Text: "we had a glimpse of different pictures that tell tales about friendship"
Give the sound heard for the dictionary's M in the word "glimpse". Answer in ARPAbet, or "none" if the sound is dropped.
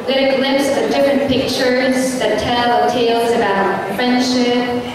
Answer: none